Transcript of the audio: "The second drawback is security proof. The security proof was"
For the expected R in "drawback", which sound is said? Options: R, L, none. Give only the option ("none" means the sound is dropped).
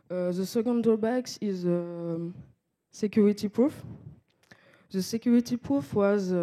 none